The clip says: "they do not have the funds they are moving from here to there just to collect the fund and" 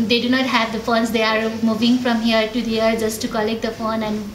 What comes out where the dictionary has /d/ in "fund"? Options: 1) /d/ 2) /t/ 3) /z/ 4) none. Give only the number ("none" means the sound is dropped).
4